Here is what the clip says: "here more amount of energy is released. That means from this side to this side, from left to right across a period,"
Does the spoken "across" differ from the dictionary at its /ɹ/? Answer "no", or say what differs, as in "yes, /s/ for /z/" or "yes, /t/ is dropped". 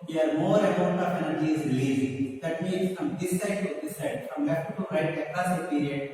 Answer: yes, /ɹ/ is dropped